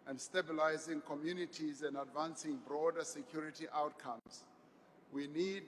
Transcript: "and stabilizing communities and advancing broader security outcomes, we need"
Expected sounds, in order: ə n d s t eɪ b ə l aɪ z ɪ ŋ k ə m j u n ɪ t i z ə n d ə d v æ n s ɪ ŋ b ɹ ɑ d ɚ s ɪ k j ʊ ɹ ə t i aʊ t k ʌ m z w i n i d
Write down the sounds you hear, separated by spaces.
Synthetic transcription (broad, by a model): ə n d s t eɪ b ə l aɪ z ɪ ŋ k ə m j u n ɪ t i z ə n d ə d v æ n s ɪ ŋ b ɹ ɑ d ɚ s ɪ k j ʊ ɹ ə t i aʊ t k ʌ m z w i n i d